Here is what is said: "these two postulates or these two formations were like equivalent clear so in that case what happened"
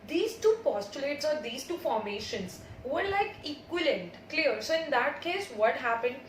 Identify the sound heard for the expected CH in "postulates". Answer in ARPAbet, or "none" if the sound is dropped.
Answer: CH